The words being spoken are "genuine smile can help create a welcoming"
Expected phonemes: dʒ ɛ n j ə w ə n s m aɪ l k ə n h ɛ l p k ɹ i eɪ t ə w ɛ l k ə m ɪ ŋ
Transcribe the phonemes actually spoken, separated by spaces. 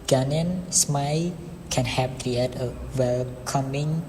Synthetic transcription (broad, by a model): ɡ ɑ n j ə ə n s m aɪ k ə n h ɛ p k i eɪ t ə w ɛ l k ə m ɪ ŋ